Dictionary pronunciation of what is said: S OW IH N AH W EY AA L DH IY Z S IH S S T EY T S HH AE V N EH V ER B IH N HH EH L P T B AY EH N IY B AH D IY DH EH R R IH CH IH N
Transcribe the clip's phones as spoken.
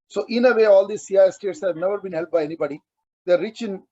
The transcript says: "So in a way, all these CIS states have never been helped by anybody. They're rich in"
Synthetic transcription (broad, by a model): S OW IH N AH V EY AA L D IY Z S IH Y S T EY T S HH AE V N EH V ER B IH N HH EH L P B AY EH N IY B AH D IY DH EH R R IH CH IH N